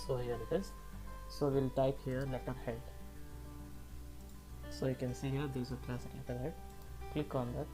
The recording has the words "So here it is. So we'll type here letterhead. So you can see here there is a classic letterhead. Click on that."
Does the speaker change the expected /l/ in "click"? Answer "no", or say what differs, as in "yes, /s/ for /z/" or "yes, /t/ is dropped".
no